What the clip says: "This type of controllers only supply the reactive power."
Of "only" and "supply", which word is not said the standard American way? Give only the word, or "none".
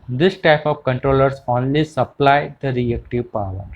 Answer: none